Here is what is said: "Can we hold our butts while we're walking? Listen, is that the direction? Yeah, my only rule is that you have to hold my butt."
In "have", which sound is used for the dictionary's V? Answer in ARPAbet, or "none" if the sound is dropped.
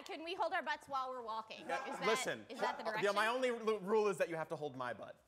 F